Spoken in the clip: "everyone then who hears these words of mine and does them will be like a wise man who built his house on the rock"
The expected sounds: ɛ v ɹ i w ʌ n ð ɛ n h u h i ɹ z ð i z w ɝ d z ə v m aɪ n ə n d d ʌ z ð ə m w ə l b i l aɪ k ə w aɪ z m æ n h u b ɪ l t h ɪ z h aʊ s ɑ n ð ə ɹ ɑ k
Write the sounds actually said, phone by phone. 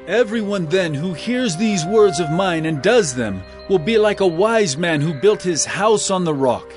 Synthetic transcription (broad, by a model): ɛ v ɹ i w ʌ n ð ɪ n h u h i ɹ z ð i z w ɝ d z ə v m aɪ n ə n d d ʌ z ð ə m w ə l b i l aɪ k ə w aɪ z m æ n h u b ɪ l t h ɪ z h aʊ s n ð ə ɹ ɑ k